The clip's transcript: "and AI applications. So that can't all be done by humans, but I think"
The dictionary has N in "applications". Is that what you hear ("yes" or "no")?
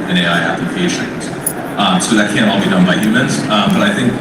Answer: no